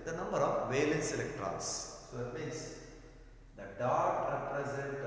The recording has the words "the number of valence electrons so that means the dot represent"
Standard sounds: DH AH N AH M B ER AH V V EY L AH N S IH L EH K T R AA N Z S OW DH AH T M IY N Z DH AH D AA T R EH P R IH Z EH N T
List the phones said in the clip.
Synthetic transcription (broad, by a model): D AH N AH M B ER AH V V EY L AH N S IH L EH K T R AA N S S OW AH T M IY N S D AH D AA T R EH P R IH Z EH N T